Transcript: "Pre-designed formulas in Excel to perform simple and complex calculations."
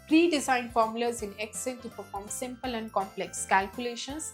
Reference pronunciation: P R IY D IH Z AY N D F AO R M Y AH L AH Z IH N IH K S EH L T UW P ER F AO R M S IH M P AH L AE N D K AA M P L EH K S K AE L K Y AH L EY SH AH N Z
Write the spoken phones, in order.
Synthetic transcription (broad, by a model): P R IY D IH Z AY N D F AO R M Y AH L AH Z IH N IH K S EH N T UW P ER F AO R M S IH M P AH L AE N D K AA M P L EH K S K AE L K Y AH L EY SH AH N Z